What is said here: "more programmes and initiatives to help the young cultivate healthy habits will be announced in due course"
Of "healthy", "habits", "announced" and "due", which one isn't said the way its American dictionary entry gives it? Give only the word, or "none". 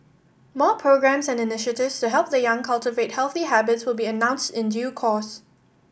none